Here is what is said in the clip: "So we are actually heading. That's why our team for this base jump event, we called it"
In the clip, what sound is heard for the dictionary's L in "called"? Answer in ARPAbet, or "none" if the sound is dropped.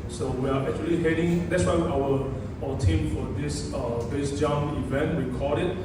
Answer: none